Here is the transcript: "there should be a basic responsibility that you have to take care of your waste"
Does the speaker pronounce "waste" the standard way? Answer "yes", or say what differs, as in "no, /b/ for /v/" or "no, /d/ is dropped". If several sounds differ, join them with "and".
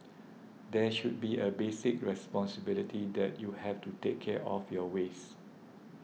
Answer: no, /t/ is dropped